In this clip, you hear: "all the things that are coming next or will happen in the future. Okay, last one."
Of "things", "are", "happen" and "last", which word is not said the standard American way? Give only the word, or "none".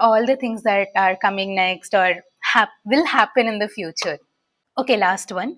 things